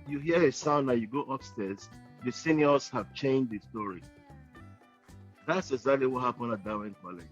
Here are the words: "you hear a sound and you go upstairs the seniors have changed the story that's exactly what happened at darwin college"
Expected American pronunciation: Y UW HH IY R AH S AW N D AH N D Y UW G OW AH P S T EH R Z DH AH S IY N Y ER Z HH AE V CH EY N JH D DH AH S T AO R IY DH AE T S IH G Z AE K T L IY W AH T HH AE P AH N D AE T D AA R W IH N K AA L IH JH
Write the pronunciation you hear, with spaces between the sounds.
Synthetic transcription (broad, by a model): Y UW HH IY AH AH S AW N AH Y UW G OW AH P S T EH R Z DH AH S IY N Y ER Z HH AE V CH EY N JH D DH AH S T AO R IY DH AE T S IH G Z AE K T L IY W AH T HH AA P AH N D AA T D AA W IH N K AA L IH